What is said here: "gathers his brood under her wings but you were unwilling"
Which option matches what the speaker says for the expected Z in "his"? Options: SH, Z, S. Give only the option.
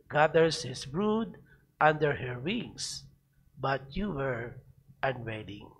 S